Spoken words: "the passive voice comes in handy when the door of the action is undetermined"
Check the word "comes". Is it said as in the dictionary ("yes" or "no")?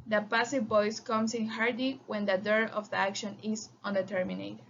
no